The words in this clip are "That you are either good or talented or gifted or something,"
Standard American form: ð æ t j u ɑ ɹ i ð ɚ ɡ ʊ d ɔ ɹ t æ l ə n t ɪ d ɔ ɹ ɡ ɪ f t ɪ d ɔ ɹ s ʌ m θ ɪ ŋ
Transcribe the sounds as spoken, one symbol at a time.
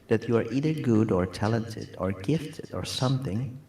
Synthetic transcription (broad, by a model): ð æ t j u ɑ ɹ i ð ɚ ɡ ʊ d ɔ ɹ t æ l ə n t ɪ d ɔ ɹ ɡ ɪ f t ɪ d ɔ ɹ s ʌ m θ ɪ ŋ